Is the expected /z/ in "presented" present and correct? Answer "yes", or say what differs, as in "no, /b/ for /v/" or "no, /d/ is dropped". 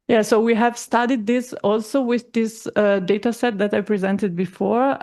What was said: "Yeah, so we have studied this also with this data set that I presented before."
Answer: yes